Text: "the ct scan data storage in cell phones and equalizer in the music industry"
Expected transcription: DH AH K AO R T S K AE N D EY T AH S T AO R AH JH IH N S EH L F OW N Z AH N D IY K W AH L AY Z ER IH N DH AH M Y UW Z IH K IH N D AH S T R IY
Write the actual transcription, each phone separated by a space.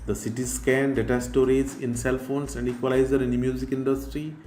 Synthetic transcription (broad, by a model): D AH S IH T S K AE N D EY T AH S T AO R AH Z IH N S EH L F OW N S AH N D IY K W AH L AY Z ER IH N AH M Y UW Z IH K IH N D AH S T R IY